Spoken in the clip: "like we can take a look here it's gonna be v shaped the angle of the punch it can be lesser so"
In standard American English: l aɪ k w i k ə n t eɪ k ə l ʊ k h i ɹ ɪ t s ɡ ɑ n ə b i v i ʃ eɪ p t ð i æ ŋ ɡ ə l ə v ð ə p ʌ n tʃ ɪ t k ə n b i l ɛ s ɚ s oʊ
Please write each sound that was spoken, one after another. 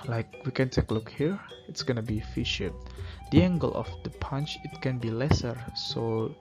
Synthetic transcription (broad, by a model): l aɪ k w i k ə n t eɪ k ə l ʊ k h i ɹ ɪ t s ɡ ɑ n ə b i f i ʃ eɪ t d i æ ŋ ɡ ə l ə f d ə p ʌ n tʃ ɪ t k ə n b i l ɛ s ɚ s oʊ